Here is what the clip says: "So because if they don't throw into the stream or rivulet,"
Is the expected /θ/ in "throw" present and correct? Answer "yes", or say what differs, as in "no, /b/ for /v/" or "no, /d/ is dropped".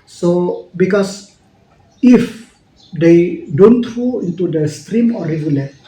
no, /t/ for /θ/